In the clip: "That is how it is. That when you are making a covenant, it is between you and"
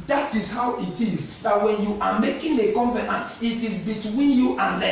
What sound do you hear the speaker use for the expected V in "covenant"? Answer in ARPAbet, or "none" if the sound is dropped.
P